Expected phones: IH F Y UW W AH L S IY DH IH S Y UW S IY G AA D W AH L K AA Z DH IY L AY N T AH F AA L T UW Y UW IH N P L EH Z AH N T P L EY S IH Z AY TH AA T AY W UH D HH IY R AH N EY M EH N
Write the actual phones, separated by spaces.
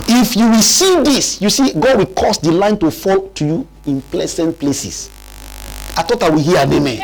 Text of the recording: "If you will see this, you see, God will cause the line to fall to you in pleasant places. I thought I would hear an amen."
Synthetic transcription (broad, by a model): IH F Y UW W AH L S IY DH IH S Y UW S IY G AA D W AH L K AA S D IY L AY N T AH F AA L T UW Y UW IH N P L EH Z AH N T P L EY S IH S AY T AA T AY W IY HH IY AH N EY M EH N